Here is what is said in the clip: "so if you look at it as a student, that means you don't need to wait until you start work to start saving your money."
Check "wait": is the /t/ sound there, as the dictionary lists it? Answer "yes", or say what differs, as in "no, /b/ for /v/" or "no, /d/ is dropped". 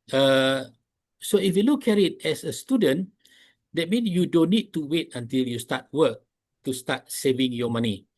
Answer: yes